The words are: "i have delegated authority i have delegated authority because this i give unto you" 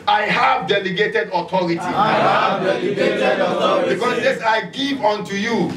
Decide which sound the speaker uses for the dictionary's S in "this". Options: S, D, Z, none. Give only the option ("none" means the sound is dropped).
none